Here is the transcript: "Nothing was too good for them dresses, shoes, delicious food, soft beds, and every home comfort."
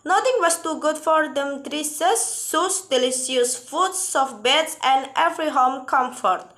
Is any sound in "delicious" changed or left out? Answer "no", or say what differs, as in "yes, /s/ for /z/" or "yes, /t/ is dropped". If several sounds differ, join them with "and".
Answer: yes, /s/ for /ʃ/